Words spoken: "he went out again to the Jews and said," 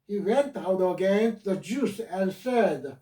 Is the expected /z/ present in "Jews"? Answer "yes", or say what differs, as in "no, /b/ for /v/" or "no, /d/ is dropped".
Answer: no, /s/ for /z/